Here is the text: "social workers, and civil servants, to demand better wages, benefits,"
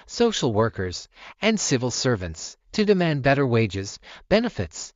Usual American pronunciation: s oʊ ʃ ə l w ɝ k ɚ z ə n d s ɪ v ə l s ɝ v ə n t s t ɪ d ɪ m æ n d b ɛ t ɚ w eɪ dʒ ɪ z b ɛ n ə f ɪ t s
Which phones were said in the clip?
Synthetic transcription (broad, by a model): s oʊ ʃ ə l w ɝ k ɚ z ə n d s ɪ v ə l s ɝ v ə n t s t ɪ d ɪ m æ n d b ɛ t ɚ w eɪ dʒ ɪ z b ɛ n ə f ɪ t s